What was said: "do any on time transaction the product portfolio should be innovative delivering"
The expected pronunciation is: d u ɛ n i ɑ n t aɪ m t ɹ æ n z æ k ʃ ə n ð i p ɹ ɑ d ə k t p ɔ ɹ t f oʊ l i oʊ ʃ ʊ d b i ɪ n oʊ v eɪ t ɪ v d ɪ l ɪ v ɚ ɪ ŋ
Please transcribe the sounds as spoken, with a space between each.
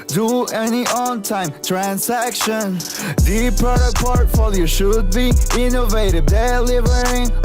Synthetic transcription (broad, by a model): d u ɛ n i ɑ n t aɪ m t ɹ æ n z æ k ʃ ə n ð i p ɑ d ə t p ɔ ɹ t f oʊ l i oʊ ʃ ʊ d b i ɪ n oʊ v eɪ t ɪ v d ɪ l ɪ v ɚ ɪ ŋ